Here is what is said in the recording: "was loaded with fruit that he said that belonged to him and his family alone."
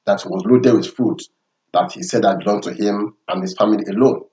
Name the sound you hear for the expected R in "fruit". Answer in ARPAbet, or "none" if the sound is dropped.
none